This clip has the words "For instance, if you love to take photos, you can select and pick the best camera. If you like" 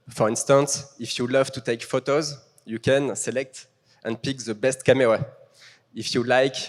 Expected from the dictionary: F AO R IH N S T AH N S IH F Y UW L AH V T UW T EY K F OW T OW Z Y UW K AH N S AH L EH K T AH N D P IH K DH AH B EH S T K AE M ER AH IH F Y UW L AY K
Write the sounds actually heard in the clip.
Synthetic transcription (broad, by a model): F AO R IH N S T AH N S IH F Y UW L AH V T UW T EY K F OW T OW Z Y UW K AH N S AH L EH K T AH N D P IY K DH AH B EH S T K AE M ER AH IH F Y UW L AY K